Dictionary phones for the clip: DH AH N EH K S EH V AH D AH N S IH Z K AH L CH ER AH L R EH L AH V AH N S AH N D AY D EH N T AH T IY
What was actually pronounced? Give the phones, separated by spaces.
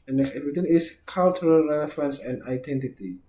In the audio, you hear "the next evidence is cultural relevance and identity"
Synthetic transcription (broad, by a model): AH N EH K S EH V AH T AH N IH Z K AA L CH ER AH L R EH L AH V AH N S AH N D AY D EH N T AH T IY